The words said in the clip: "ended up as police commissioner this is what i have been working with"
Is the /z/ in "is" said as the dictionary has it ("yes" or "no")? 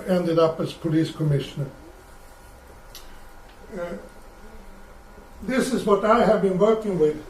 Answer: yes